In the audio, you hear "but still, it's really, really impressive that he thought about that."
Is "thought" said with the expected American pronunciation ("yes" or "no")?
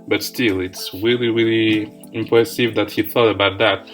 yes